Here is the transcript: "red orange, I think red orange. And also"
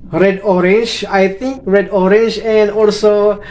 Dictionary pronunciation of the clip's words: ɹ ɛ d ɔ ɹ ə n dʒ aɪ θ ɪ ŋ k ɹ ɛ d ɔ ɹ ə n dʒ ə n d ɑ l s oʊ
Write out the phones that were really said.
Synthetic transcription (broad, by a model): ɹ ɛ d ɔ ɹ ə n dʒ aɪ t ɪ ŋ k ɹ ɛ d ɔ ɹ ə n dʒ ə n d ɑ l s oʊ